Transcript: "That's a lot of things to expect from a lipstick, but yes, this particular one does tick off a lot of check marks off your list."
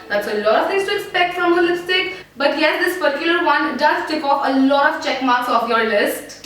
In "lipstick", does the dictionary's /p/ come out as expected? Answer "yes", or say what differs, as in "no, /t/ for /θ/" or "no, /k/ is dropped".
no, /p/ is dropped